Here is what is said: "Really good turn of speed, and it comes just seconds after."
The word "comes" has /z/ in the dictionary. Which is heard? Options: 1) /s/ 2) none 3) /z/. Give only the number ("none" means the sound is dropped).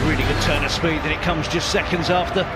3